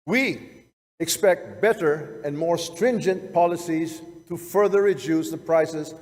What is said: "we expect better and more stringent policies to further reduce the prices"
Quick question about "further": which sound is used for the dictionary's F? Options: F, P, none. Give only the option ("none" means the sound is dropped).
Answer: F